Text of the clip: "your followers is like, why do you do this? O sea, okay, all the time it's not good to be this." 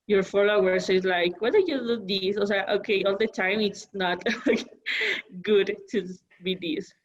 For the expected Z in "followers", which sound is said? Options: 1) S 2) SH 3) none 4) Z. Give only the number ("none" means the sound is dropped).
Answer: 1